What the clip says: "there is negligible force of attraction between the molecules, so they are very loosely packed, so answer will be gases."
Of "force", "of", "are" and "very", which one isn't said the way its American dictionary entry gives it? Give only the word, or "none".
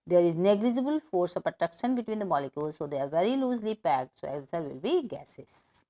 of